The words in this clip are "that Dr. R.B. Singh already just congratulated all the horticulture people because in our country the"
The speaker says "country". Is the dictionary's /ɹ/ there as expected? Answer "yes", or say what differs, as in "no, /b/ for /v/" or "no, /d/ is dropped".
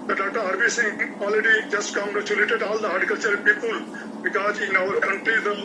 no, /ɹ/ is dropped